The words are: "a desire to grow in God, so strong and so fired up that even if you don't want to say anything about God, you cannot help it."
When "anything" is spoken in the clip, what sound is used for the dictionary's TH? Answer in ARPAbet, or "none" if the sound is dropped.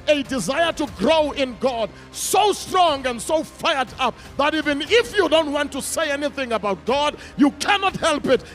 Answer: TH